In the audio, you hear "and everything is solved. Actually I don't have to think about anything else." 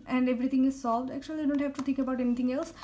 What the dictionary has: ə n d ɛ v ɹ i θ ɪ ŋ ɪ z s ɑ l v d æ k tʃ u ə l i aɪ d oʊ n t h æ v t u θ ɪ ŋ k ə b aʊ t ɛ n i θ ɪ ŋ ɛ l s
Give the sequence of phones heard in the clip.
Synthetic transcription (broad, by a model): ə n d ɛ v ɹ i t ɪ ŋ ɪ z s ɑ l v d æ k tʃ u ə l i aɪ d oʊ n t h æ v t u t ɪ ŋ k ə b aʊ t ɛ n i t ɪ ŋ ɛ l s